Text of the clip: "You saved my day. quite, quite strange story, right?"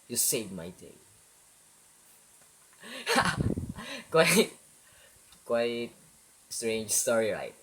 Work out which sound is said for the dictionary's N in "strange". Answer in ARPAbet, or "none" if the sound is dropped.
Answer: N